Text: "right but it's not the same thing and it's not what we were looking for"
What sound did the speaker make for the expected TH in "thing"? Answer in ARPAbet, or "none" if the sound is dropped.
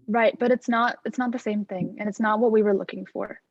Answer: TH